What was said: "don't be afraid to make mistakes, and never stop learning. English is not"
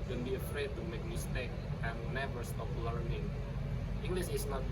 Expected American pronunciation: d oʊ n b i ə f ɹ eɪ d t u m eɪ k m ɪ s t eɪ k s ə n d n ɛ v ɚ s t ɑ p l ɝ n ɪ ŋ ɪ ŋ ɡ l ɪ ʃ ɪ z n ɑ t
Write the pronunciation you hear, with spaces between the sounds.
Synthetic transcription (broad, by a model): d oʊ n b i ə f ɹ eɪ d t u m eɪ k m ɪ s t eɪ k ə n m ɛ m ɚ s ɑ f l ɝ n ɪ ŋ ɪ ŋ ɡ l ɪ s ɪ s n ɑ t